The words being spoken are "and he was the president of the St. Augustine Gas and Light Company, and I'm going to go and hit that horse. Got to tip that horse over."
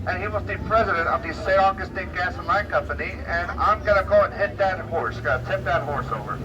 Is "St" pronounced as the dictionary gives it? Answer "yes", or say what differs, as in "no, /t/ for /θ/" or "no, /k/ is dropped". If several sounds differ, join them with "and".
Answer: no, /n/ is dropped